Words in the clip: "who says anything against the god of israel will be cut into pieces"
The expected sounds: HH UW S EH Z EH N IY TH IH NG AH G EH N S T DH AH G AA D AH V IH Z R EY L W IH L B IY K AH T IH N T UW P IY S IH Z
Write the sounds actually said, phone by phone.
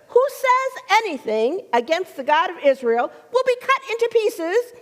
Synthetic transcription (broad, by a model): HH UW S EH Z EH N IY TH IH NG AH G EH N S T DH AH G AA D AH V IH Z R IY L W IH L B IY K AH T IH N T UW P IY S IH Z